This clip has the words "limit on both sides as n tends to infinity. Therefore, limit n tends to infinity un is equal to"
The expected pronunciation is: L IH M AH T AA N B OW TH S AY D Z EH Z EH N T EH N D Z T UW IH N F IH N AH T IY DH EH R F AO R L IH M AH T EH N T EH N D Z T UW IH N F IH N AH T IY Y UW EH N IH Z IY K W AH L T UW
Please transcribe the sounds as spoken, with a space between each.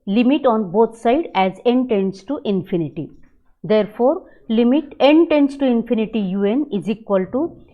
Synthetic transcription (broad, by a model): L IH M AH T AA N B OW T S AY D EH Z EH N T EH N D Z T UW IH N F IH N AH T IY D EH R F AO R L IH M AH T EH N T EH N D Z T UW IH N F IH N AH T IY Y UW EH N IH Z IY K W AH L T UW